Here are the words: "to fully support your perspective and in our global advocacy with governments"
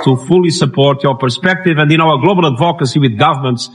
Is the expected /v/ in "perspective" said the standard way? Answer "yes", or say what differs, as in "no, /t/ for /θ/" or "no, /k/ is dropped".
yes